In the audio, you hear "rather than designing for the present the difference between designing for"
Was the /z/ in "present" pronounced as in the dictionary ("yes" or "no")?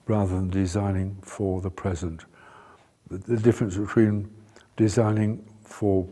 yes